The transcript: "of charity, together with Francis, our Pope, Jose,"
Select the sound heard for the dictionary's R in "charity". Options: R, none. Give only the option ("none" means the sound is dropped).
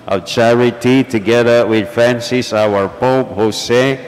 R